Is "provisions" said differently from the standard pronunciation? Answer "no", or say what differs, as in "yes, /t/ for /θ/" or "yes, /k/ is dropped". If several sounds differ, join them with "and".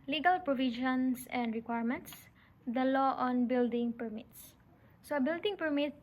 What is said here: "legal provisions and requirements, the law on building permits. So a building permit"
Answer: yes, /ʃ/ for /ʒ/ and /s/ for /z/